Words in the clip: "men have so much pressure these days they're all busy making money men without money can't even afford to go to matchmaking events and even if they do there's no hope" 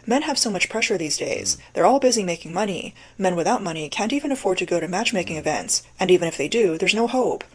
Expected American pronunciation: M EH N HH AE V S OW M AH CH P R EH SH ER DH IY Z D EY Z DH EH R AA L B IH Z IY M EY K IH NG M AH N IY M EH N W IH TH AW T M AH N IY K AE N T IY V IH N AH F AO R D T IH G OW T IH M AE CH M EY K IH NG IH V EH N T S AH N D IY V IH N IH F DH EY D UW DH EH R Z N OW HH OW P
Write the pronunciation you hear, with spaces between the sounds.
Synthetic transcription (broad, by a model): M EH N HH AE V S OW M AH CH P R EH SH ER DH IY Z D EY Z DH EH R AA L B IH Z IY M EY K IH NG M AH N IY M EH N W IH TH AW T M AH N IY K AE N T IY V IH N AH F AO R D T IH G OW T IH M AE CH M EY K IH NG IH V EH N T S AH N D IY V IH N IH F DH EY D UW DH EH R Z N OW HH OW P